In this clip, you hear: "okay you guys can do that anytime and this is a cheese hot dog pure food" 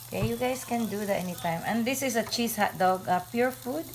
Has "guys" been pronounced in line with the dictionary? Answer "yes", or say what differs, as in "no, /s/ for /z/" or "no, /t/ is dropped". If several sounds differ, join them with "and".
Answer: no, /s/ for /z/